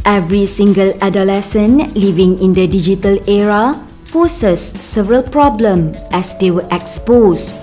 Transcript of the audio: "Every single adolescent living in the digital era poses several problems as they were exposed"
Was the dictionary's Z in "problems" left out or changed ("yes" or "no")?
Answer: yes